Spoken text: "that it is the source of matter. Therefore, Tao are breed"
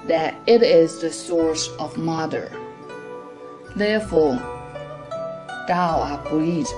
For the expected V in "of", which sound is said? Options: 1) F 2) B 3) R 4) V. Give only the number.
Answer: 4